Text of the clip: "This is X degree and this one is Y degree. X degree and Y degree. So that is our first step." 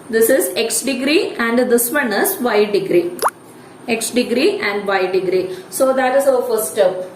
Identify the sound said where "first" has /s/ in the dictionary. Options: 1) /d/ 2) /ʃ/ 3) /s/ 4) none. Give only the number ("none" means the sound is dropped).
4